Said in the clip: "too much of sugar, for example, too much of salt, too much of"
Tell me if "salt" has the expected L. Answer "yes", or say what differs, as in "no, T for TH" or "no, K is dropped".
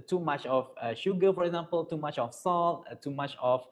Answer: yes